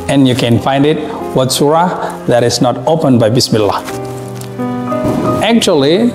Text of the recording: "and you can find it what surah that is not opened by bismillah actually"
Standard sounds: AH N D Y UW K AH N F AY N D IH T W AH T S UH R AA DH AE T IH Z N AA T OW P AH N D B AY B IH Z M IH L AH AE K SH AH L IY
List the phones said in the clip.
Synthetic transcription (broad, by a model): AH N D Y UW K AH N F AY N D IH T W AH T S UH R AA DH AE T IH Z N AA T OW P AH N B AY B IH S M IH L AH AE K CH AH L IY